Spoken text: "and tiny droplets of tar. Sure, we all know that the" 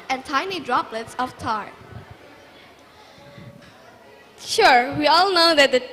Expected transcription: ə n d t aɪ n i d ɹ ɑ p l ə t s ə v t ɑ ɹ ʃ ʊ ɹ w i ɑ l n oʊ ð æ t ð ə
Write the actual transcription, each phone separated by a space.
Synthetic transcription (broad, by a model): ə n t aɪ n i d ɹ ɑ p l ə t s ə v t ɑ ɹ ʃ ʊ ɹ w i ɑ l n oʊ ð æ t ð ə